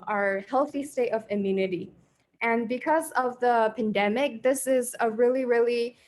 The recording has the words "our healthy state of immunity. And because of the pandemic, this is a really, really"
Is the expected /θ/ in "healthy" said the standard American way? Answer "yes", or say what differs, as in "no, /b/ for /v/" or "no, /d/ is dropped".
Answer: yes